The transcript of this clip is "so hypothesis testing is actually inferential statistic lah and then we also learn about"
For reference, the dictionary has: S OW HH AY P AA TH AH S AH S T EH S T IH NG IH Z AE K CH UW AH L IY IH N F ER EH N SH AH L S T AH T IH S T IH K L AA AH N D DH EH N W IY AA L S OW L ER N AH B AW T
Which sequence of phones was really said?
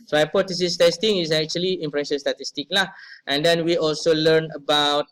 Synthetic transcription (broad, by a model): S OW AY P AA T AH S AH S T EH S T IH NG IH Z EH K CH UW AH L IY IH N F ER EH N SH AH N S T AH T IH S T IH K L AA AH N D EH N W IY AA L S OW L ER N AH B AW T